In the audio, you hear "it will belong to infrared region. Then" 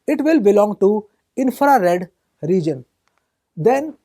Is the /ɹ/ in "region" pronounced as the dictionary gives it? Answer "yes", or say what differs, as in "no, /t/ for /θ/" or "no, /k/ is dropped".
yes